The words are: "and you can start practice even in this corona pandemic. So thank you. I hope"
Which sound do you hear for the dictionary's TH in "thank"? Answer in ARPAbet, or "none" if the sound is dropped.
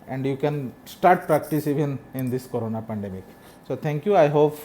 T